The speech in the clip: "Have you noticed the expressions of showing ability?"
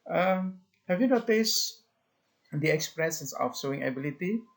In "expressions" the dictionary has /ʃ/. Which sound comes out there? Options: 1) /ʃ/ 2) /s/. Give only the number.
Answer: 2